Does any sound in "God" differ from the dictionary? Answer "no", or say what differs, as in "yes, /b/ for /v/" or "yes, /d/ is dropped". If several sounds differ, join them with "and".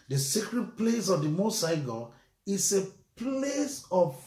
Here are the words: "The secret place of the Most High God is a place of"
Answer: yes, /d/ is dropped